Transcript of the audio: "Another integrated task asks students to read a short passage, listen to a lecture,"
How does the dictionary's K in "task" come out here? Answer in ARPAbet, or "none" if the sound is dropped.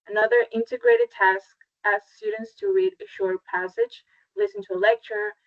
K